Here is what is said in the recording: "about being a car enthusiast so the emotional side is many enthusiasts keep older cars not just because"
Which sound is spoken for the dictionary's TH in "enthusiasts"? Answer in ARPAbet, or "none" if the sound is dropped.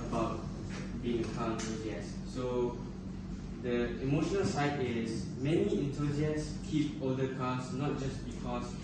T